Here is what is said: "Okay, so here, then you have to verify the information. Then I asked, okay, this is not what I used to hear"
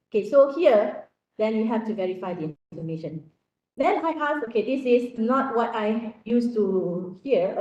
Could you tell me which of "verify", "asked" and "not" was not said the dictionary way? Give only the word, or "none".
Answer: asked